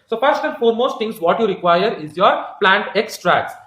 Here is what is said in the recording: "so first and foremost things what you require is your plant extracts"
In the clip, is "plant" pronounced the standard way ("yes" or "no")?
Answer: yes